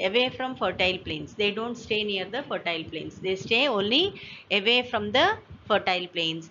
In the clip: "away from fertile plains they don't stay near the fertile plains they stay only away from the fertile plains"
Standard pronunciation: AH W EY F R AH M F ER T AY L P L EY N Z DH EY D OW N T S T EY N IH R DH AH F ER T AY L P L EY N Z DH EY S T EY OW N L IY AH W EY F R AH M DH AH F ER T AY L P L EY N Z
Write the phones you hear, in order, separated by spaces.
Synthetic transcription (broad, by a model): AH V EY F R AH M F ER T AY L P L EY N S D EY D OW N T S T EY N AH R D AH F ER T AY L P L EY N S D EY S T EY OW N L IY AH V EY F R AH M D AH F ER T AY L P L EY N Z